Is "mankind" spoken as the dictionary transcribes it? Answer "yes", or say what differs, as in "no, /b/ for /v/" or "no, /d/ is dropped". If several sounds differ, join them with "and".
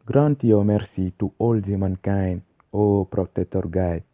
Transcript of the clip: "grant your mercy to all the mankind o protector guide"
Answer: no, /d/ is dropped